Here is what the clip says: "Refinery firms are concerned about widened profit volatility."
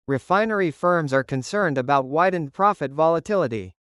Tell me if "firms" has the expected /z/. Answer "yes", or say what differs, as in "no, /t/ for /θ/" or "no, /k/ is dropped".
yes